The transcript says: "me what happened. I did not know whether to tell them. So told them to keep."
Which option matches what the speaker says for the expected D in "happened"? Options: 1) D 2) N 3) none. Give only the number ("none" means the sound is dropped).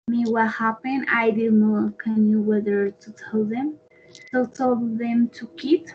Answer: 3